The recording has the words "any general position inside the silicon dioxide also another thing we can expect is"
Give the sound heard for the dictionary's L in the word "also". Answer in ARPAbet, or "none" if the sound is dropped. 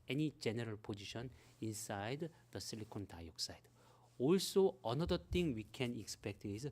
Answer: L